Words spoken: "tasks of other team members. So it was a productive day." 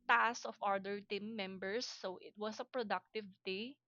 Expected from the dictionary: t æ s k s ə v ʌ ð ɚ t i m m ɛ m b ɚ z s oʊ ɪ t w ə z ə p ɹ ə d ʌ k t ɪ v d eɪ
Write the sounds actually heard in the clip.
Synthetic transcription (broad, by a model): t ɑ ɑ s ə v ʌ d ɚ t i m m ɛ m b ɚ s oʊ ɪ t w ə s ə p ɹ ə d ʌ k t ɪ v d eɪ